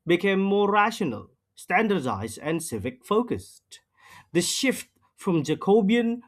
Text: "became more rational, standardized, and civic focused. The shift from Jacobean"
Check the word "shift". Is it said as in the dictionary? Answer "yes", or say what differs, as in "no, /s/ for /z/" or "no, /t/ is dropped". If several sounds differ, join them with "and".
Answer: yes